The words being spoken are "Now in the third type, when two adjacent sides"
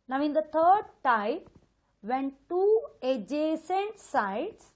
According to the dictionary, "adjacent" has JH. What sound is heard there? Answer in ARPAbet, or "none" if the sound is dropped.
JH